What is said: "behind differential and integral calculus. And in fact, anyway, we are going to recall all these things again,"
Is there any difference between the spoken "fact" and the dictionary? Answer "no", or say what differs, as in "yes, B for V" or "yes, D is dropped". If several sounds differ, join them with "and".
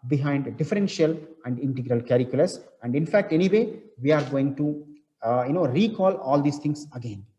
no